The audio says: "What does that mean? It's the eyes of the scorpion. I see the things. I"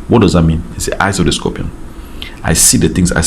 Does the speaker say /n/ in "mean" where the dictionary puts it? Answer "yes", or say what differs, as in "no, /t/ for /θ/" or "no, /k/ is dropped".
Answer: yes